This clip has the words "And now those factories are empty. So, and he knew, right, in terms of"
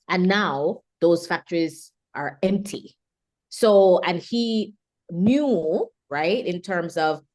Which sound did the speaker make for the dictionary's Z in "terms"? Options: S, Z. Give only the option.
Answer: Z